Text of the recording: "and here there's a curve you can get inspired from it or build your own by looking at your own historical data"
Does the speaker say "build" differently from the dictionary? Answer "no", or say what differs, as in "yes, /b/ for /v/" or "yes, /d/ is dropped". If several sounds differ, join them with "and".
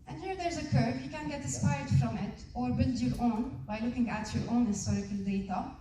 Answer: no